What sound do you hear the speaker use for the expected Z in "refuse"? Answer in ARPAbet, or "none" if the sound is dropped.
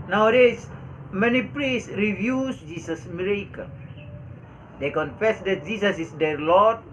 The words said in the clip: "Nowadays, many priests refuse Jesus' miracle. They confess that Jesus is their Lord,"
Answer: S